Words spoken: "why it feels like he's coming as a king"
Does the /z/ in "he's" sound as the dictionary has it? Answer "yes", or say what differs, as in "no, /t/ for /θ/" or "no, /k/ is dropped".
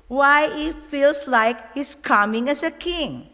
no, /s/ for /z/